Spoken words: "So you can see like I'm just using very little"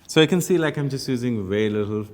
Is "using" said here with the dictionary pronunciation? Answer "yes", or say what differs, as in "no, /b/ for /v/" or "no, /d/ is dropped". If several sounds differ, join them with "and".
yes